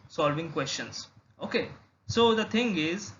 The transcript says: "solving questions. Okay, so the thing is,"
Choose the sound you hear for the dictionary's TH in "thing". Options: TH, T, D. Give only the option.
T